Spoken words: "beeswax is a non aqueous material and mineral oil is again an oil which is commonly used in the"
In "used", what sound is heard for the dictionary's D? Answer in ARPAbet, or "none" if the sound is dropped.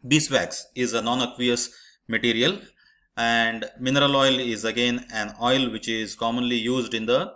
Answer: D